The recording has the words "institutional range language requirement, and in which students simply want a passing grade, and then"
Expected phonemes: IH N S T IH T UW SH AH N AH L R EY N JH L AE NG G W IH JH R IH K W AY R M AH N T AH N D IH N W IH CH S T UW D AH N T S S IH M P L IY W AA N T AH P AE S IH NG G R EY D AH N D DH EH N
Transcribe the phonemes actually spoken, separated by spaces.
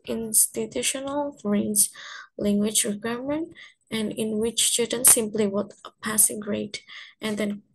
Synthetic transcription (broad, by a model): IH N S T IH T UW SH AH N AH L R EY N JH L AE NG G W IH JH R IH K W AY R M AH N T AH N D IH N W IH CH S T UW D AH N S S IH M P L IY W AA T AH P AE S IH NG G R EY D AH N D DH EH N